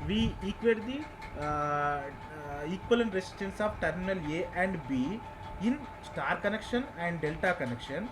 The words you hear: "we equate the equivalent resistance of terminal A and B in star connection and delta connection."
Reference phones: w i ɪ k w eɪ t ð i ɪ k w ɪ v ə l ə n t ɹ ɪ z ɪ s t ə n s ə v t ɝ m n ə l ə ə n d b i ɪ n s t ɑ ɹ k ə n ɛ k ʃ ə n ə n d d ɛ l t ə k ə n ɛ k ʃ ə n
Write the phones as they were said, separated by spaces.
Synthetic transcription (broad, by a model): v i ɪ k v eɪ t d i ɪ k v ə l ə n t ɹ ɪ s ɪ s t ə n s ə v t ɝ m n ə l ə ə n d b i ɪ n s t ɑ ɹ k ə n ɛ k ʃ ə n ə n d d ɛ l t ə k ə n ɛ k ʃ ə n